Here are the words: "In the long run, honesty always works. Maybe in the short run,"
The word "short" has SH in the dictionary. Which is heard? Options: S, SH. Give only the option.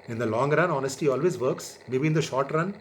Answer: SH